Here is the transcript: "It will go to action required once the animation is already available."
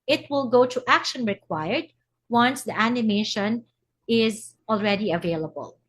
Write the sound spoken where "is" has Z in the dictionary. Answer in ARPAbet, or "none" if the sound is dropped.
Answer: Z